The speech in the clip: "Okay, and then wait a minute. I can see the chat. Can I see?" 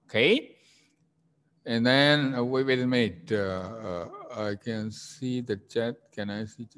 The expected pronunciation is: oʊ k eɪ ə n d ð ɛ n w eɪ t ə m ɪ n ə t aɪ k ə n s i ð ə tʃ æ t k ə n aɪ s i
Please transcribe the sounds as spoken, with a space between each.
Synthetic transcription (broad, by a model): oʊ k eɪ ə n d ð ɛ n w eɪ ə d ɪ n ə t aɪ k ə n s i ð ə tʃ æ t k ə n aɪ s i